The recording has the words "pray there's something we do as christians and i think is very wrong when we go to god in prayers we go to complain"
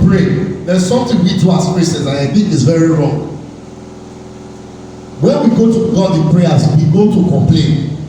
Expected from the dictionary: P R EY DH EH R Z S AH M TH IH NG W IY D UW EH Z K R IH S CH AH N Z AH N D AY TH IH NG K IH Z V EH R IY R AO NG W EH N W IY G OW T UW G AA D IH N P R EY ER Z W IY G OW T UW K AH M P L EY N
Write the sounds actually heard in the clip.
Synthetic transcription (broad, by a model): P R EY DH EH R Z S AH M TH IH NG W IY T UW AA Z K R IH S AH Z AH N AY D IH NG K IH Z V EH R IY R AO NG W EH N W IY G OW T UW G AA D IH N P R EY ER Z W IY G OW T UW K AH M P L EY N